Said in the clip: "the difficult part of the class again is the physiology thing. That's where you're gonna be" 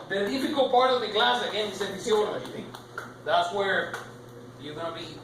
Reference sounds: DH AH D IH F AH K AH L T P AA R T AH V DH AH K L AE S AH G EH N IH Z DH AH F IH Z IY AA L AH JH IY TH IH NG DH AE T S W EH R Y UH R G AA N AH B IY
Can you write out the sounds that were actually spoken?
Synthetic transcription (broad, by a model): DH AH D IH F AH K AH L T P AA R T AH V DH AH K L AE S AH G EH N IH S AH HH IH S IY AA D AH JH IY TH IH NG DH AE T S W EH R Y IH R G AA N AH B IY